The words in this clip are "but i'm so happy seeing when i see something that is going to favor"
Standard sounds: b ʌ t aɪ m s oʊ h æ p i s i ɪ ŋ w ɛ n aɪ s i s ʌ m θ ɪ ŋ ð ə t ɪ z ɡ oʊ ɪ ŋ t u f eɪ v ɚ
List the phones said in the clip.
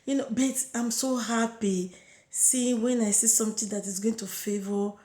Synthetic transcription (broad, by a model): b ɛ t aɪ m s oʊ h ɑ p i s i w ɛ n aɪ s i s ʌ m t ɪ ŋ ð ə t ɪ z ɡ oʊ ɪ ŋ t u f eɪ v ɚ